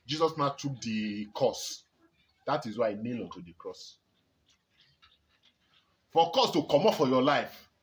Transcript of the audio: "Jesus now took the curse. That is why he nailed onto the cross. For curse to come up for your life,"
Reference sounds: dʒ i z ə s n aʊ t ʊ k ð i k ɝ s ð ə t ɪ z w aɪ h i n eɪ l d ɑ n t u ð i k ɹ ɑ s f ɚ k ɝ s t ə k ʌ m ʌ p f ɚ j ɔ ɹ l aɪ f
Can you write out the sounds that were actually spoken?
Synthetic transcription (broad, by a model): dʒ i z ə s n aʊ t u k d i k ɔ s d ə t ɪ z w aɪ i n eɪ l ɑ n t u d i k ɹ ɑ s f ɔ k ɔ s t ə k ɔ m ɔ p f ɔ j ɔ l aɪ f